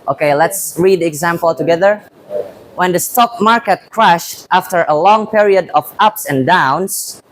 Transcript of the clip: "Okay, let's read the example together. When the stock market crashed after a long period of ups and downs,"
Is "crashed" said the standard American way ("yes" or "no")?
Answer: yes